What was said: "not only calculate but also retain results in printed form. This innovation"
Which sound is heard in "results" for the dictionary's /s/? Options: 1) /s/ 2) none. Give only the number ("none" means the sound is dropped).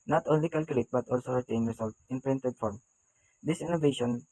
2